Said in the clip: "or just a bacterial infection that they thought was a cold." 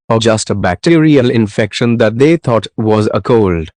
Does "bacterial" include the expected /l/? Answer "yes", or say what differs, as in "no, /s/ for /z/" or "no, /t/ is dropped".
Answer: yes